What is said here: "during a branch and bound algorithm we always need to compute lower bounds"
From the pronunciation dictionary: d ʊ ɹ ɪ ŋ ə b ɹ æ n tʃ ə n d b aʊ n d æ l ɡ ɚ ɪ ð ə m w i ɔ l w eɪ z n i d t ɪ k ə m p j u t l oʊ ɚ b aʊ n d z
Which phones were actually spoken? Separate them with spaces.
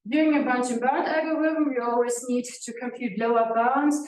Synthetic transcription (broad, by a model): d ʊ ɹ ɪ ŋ ə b ɑ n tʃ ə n b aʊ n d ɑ ɡ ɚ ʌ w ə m w i ɔ l w eɪ z n i d t ɪ k ə m p j u t l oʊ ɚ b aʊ n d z